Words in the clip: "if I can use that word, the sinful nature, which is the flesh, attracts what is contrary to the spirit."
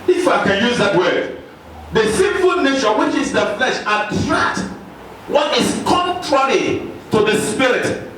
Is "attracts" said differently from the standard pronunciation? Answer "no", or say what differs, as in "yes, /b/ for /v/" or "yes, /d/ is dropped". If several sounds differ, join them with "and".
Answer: yes, /s/ is dropped